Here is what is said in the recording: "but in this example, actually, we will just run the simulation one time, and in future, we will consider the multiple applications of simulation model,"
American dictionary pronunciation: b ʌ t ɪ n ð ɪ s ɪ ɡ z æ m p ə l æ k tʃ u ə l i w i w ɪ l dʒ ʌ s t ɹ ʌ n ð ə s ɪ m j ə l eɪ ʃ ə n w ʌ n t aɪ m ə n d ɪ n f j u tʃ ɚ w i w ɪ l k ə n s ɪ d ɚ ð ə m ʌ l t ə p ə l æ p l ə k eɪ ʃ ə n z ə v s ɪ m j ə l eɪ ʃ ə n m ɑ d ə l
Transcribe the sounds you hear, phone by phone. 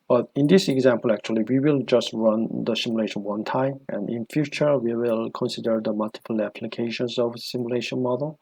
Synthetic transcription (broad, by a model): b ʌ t ɪ n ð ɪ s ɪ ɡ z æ m p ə l æ k tʃ u ə l i w i w ɪ l dʒ ʌ s t ɹ ʌ n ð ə s ɪ m j ə l eɪ ʃ ə n w ʌ n t aɪ m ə n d ɪ n f j u tʃ ɚ w i w ɪ l k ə n s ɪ d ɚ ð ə m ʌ l t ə p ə l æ p l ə k eɪ ʃ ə n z ə v s ɪ m j ə l eɪ ʃ ə n m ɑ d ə l